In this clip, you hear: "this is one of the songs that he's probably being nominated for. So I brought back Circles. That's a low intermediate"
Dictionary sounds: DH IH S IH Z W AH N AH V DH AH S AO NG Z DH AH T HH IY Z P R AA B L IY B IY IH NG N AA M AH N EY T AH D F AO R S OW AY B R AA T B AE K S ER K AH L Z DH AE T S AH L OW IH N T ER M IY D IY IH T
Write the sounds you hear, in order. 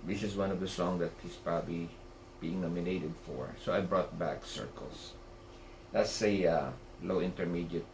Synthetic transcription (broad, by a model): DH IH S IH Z W AH N AH V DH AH S AO NG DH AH T HH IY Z P R AA B L IY B IY IH NG N AA M AH N EY T AH D F AO R S OW AY B R AA T B AE K S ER K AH L S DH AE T S AH L OW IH N T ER M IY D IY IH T